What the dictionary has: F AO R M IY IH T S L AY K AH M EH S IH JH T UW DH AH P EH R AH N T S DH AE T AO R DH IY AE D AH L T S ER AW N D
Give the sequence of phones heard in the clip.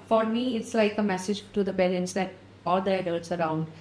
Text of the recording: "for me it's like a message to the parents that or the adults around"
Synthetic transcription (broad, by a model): F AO R M IY IH T S L AY K AH M EH S IH JH T UW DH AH B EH L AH N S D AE T AO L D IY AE D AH L T S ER AW N D